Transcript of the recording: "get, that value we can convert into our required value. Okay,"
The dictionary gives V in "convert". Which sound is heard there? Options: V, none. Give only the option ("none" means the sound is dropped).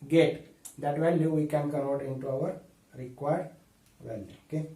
none